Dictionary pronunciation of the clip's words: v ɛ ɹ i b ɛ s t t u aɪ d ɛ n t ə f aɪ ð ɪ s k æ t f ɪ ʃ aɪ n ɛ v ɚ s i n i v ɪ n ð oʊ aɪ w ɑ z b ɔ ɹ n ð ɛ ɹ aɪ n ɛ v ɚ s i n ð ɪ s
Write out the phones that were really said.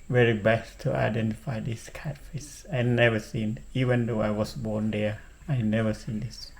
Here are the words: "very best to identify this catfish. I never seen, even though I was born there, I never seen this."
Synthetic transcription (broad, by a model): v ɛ ɹ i b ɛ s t t u aɪ d ɛ n t ə f aɪ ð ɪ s k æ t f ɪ s aɪ n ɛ v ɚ s i n i v ɪ n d oʊ aɪ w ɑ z b ɔ ɹ n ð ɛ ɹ aɪ n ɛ v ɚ s i n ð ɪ s